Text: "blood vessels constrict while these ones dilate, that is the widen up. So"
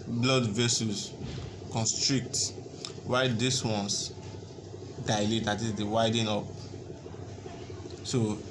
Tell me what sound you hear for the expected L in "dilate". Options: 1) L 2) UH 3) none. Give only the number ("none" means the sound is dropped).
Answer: 1